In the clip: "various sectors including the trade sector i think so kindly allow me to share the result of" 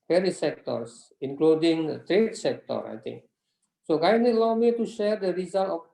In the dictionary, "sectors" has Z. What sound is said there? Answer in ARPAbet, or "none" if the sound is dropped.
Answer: S